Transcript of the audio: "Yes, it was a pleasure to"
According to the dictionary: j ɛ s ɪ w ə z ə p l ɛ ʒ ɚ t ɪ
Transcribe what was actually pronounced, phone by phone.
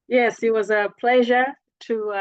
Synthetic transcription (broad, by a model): j ɛ s ɪ w ə z ə p l ɛ ʒ ɚ t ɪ